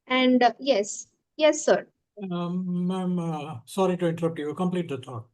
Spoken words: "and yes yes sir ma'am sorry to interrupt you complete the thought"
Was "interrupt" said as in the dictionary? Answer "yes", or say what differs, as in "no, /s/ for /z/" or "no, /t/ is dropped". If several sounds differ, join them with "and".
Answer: yes